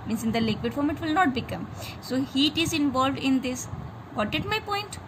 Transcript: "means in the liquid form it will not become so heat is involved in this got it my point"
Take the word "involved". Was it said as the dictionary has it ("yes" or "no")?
yes